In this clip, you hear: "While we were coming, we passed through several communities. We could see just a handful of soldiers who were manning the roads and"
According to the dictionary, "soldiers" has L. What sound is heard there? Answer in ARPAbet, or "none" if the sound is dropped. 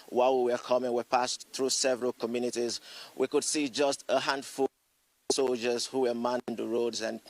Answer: L